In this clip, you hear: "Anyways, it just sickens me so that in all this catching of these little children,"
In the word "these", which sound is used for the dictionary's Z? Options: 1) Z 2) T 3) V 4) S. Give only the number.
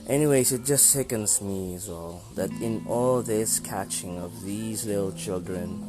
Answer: 1